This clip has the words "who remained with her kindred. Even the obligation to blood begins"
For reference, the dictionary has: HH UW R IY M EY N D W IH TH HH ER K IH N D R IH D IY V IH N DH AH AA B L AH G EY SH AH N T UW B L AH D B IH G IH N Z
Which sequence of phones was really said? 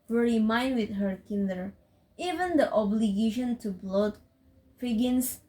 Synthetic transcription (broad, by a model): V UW R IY M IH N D W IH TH HH ER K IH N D IH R IY V IH N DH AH AA B L AH G EY SH AH N T UW B L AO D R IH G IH N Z